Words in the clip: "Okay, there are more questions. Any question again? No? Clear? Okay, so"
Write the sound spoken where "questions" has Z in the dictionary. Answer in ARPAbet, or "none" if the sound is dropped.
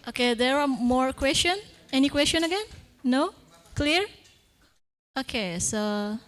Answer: none